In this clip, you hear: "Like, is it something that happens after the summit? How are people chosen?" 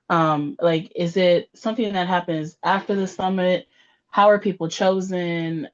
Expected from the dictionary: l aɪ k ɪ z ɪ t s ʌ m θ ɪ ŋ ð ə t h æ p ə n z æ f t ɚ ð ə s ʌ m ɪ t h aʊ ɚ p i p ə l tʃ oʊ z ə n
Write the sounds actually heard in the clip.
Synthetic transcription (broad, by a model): l aɪ k ɪ z ɪ t s ʌ m θ ɪ ŋ ð ə t h æ p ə n z æ f t ɚ ð ə s ʌ m ɪ t h aʊ ɚ p i p l tʃ oʊ z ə n